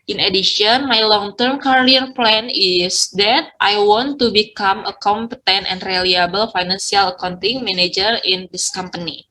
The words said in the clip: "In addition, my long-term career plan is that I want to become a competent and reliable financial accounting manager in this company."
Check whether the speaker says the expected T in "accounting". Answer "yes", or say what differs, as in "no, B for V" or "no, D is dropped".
yes